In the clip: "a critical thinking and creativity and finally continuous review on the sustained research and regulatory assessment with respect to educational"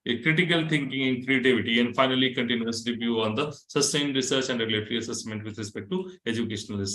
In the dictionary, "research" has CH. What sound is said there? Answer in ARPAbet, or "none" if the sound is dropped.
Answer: CH